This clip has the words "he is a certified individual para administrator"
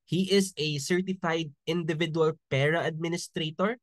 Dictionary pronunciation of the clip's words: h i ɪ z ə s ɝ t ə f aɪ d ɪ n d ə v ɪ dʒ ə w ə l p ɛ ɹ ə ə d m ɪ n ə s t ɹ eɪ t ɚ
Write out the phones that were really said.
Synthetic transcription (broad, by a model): h i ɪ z ə s ɝ t ə f aɪ d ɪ n d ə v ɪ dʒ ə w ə l p ɛ ɹ ə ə d m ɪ n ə s t ɹ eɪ t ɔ